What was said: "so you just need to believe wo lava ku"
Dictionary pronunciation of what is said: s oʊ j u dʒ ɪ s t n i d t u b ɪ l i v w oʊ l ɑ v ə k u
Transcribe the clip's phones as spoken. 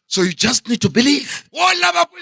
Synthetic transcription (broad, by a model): s oʊ j u dʒ ɪ s t n i d t u b ɪ l i v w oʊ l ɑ b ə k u